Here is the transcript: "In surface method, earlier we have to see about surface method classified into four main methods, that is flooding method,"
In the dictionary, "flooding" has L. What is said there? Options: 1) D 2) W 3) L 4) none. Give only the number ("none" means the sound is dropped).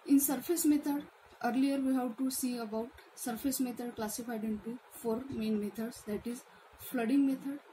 3